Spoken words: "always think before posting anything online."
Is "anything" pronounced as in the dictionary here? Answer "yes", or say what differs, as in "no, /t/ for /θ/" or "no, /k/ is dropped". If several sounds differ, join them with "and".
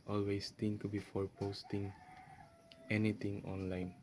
no, /t/ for /θ/